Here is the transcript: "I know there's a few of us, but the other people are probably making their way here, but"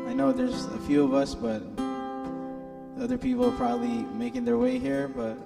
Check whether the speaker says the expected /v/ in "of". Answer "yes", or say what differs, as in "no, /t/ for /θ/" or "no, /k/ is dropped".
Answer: yes